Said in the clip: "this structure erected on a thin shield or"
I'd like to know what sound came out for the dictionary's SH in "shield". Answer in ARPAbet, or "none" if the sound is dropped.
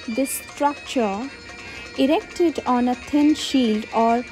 SH